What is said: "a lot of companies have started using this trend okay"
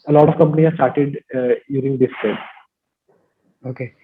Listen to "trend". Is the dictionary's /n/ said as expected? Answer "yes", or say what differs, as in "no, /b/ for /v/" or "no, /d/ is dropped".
no, /n/ is dropped